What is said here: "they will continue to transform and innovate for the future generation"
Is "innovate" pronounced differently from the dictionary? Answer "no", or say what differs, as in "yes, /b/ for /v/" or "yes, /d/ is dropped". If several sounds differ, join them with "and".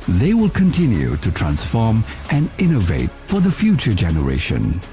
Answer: no